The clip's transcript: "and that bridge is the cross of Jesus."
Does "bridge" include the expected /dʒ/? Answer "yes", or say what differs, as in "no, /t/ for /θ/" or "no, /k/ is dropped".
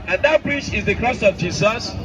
no, /tʃ/ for /dʒ/